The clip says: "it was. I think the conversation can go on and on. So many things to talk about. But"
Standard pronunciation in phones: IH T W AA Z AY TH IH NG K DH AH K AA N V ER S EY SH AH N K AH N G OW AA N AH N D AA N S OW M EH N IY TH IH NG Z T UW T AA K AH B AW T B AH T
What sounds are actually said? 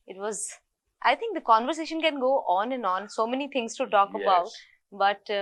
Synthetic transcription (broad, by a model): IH T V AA Z AY T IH NG K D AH K AA N V ER S EY SH AH N K AH N G OW AA N AH N D AA N S OW M EH N IY T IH NG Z T UW T AA K AH B AW T B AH T